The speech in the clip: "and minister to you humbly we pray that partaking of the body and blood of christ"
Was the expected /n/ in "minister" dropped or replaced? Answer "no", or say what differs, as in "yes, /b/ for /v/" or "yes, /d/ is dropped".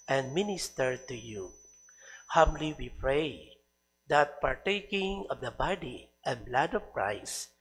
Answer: no